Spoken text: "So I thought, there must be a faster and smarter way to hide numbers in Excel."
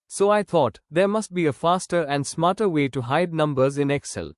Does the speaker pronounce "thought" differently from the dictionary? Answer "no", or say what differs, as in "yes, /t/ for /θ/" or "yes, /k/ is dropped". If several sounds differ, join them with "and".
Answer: yes, /t/ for /θ/